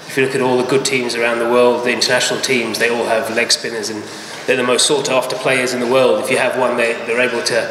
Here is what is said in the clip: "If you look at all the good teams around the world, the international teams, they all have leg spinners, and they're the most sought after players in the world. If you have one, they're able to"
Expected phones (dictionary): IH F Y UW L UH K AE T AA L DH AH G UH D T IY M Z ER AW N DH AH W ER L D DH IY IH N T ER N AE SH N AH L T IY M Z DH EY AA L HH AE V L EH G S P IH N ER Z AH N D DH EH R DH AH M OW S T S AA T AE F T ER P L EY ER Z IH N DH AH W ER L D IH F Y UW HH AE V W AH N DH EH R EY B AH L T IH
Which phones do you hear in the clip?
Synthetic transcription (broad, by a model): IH F Y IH L UH K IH T AA L DH AH G UH D T IY M Z ER AW N DH AH W ER L D DH IY IH N T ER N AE SH N L T IY M Z DH EY AA L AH V L EH G S P IH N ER Z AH N DH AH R DH AH M OW S T S AA T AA F T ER P L EY ER Z IH N DH AH W ER L D IH F Y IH V W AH N DH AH R EY B AH L T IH